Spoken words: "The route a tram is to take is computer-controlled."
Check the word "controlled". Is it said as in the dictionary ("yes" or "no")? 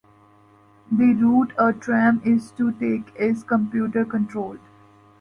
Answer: no